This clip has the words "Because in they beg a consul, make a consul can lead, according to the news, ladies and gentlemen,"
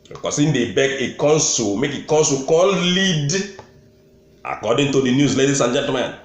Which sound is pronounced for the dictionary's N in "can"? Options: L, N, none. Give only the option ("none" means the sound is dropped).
L